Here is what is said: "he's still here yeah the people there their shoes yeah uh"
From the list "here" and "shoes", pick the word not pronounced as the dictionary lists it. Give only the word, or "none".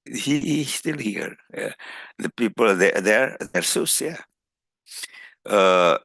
shoes